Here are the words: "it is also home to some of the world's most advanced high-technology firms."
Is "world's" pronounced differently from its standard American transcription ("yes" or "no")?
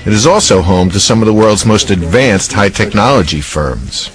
no